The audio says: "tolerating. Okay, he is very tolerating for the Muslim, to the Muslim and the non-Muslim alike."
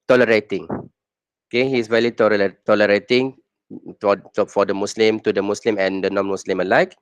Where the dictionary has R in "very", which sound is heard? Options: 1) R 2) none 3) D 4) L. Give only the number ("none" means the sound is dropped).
4